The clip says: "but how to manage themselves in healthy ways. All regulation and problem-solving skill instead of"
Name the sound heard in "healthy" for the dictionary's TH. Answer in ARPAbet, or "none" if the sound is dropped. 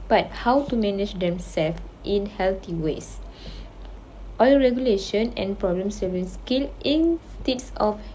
T